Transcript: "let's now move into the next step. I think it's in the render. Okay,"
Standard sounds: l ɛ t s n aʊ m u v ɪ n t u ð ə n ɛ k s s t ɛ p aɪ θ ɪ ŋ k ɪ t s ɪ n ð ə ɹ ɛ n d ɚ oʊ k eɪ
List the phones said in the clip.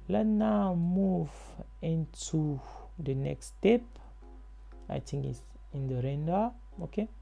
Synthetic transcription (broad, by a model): l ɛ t n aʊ m u v ɪ n t u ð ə n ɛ k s s t ɛ p aɪ t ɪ ŋ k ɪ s ɪ n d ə ɹ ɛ n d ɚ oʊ k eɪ